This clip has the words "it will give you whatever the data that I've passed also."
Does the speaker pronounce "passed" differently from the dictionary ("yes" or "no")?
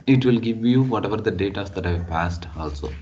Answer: no